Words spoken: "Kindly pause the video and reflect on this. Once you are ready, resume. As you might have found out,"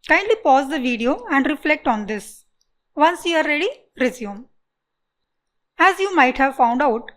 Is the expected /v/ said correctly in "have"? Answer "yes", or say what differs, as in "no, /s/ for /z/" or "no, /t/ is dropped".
yes